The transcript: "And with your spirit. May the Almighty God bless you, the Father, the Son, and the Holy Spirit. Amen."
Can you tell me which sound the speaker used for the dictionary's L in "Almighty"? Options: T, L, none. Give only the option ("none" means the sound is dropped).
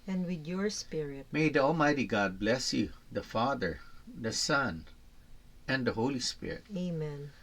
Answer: L